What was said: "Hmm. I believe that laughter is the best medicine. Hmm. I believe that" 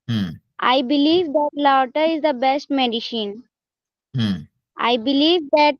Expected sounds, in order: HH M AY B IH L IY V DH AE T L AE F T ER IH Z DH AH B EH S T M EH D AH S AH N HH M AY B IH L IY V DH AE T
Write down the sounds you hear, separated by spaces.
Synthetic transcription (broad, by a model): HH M AY B IH L IY V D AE T L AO T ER IH Z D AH B EH S T M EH D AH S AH N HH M AY B IH L IY V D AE T